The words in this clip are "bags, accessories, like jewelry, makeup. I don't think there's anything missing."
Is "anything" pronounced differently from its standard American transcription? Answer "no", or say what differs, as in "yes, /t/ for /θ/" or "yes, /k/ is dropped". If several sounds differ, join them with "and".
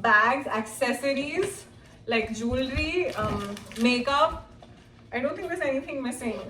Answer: yes, /t/ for /θ/